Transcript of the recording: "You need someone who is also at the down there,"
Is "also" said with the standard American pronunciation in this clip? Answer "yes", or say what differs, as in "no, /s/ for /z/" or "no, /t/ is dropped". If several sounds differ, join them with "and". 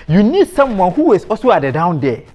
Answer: no, /l/ is dropped